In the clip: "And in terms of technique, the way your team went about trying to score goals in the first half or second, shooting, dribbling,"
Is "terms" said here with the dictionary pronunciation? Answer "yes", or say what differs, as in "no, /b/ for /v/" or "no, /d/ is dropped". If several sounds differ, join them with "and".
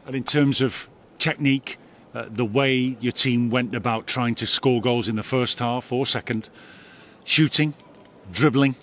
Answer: yes